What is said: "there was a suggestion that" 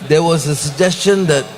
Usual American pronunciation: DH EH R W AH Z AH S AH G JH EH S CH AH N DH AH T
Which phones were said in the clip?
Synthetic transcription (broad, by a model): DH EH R W AH Z AH S AH G JH EH S CH AH N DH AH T